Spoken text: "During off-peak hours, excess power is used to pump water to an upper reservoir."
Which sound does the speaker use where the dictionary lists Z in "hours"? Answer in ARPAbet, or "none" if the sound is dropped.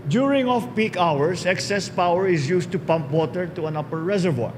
S